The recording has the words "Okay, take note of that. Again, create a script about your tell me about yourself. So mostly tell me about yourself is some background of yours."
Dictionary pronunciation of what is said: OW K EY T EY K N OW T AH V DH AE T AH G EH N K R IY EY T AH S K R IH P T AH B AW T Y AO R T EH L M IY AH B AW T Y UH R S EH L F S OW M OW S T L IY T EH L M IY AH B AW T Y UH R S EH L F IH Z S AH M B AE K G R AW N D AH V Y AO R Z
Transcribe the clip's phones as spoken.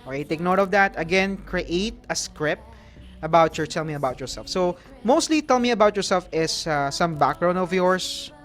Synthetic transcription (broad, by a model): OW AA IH T EY K N OW T AH V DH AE T AH G EH N K R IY EY T AH S K R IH P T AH B AW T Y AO R T EH L M IY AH B AW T Y UH R S EH L F S OW M OW S T L IY T EH L M IY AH B AW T Y UH R S EH L F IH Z S AH M B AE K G R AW N AH V Y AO R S